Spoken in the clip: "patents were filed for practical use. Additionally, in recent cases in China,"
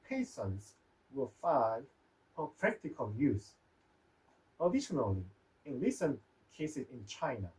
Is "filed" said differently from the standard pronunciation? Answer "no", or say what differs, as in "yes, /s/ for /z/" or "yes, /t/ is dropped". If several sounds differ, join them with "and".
yes, /n/ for /l/